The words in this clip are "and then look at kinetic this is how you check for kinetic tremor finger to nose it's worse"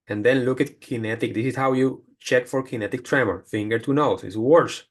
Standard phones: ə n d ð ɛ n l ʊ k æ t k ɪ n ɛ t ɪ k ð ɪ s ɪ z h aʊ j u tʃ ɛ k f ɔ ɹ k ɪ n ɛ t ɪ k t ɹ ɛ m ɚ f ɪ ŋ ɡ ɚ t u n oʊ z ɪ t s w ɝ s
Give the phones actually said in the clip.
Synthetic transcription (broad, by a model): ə n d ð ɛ n l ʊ k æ t k ɪ n ɛ t ɪ k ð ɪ s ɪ s h aʊ j u tʃ ɛ k f ɔ ɹ k ɪ n ɛ t ɪ k t ɹ ɛ m ɚ f ɪ ŋ ɡ ɚ t u n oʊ s ɪ t s w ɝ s